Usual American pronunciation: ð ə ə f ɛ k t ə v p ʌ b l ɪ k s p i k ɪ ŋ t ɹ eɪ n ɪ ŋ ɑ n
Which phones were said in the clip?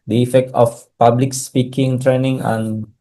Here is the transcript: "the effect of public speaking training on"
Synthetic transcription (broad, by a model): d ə ə f ɛ k t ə f p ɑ b l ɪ k s p i k ɪ ŋ t ɹ eɪ n ɪ ŋ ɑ n